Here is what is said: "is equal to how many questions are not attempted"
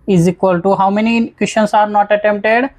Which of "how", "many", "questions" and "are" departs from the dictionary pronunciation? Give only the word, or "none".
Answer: questions